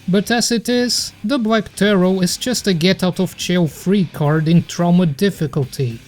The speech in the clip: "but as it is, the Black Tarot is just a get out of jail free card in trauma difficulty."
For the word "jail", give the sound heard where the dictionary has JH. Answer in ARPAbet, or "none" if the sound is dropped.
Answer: CH